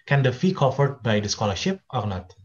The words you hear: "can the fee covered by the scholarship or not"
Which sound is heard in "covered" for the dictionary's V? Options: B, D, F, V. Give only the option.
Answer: F